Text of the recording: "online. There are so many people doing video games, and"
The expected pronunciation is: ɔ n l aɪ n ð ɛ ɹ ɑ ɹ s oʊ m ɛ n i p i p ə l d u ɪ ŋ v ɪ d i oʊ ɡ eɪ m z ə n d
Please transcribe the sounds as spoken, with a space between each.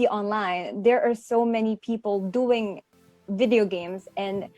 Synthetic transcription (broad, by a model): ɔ n l aɪ n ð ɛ ɹ ɑ ɹ s oʊ m ɛ n i p i p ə l d u ɪ ŋ v ɪ d i oʊ ɡ eɪ m z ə n